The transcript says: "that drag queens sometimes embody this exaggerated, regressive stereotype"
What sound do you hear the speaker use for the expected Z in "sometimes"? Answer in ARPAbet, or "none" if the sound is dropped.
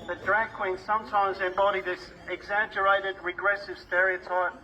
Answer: Z